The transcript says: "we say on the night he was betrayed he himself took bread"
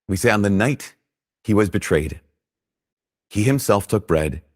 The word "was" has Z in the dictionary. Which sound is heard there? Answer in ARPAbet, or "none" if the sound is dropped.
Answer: Z